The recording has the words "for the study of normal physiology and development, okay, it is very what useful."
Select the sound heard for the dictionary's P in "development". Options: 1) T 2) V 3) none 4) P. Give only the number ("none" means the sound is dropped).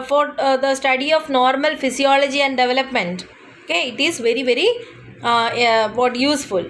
4